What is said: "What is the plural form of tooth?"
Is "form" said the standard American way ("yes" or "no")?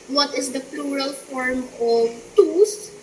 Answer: yes